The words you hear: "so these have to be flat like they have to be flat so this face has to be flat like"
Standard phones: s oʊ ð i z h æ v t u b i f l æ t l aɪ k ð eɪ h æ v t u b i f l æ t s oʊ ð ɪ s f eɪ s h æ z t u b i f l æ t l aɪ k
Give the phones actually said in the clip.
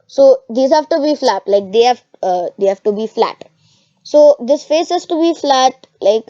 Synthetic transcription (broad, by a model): s oʊ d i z h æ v t u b i f l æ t l aɪ k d eɪ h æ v t u b i f l æ t s oʊ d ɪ s f eɪ s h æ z t u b i f l æ t l aɪ k